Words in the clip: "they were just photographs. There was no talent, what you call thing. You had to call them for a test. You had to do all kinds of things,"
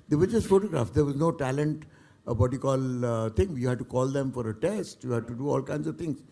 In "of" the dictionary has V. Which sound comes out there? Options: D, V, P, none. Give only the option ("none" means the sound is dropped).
V